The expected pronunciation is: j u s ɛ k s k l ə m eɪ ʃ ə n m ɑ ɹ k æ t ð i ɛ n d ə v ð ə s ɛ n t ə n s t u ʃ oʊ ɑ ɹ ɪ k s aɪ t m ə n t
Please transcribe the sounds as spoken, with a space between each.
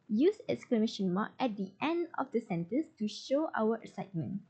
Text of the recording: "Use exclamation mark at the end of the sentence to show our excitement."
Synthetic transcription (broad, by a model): j u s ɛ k s k l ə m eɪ ʃ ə n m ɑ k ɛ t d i ɛ n d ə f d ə s ɛ n t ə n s t u ʃ oʊ ɑ w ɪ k s aɪ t m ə n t